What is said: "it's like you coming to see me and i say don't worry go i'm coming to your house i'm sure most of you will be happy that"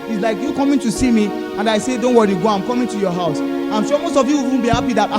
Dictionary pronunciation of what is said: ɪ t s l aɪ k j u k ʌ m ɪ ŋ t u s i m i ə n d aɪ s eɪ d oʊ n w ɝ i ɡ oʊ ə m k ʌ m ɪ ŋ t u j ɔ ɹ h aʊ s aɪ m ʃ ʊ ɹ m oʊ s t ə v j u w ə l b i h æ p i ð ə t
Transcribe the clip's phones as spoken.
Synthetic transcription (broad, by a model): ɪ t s l aɪ k j u k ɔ m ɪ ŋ t u s i m i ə n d aɪ s eɪ d oʊ n w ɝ i ɡ oʊ ə m k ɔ m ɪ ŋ t u j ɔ h aʊ s aɪ m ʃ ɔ m oʊ s t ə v j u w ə n b i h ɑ p i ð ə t